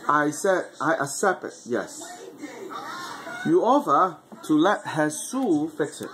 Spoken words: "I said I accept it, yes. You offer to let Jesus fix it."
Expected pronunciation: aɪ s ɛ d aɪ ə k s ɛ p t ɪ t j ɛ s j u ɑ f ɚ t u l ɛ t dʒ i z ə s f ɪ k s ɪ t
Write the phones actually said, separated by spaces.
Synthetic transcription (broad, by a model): aɪ s ɛ d aɪ ə k s ɛ p t ɪ t j ɛ s j u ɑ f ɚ t u l ɛ t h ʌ s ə f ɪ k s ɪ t